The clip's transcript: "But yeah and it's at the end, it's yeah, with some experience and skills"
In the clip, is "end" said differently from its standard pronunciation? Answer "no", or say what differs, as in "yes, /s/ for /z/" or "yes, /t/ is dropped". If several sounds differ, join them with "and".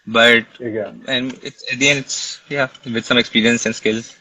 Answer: yes, /d/ is dropped